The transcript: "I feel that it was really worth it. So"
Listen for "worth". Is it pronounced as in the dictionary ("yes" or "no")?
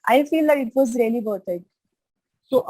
no